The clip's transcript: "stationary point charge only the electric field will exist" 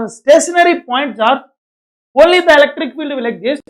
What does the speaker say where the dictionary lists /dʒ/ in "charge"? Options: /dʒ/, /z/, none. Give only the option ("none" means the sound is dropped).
none